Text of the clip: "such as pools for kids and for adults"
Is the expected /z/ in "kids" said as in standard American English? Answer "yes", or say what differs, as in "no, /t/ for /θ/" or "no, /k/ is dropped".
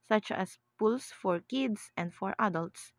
no, /s/ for /z/